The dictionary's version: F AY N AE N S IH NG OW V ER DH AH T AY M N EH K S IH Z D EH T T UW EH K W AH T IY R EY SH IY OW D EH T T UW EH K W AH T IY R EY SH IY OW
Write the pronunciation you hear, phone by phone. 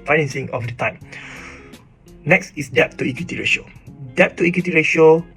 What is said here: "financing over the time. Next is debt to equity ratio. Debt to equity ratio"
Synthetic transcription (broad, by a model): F AY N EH N S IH NG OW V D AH T AY M N EH K S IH S D EH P T UW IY K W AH T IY R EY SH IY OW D EH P T UW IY K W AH T IY R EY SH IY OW